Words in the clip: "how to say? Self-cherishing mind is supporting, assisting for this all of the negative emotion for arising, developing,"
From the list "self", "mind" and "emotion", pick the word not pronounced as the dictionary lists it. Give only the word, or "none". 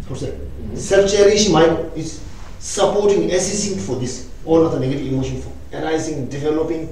mind